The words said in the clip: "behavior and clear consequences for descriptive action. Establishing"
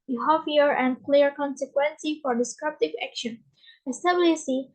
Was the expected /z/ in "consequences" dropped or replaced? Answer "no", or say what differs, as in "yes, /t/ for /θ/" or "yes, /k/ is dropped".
yes, /z/ is dropped